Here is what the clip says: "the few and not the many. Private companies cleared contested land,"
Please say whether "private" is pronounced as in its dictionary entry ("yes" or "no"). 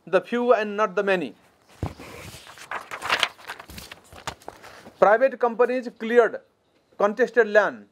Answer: no